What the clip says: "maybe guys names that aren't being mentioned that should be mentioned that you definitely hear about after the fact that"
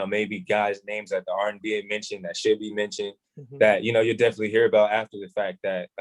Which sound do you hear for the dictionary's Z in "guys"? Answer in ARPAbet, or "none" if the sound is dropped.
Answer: Z